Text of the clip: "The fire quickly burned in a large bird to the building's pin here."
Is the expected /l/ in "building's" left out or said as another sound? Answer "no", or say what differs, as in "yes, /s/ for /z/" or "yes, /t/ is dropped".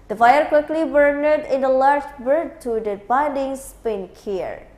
yes, /n/ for /l/